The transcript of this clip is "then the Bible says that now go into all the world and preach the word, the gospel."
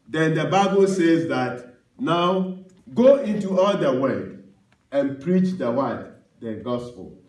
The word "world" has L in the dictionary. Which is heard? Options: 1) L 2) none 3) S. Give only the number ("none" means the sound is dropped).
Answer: 2